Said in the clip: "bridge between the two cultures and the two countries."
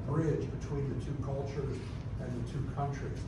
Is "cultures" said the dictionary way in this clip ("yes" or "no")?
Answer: yes